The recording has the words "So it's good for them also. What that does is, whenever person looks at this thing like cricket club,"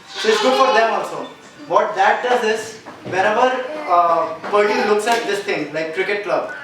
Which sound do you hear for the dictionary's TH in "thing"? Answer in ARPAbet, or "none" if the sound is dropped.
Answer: T